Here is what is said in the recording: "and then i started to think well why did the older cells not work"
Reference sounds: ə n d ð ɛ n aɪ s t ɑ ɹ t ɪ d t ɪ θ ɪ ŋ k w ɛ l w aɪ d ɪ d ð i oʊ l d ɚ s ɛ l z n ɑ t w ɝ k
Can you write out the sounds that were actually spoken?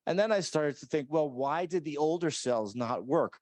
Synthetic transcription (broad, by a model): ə n ð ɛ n aɪ s t ɑ ɹ t ɪ d t ɪ θ ɪ ŋ k w ɛ l w aɪ d ɪ d ð i oʊ l d ɚ s ɛ l z n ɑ t w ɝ k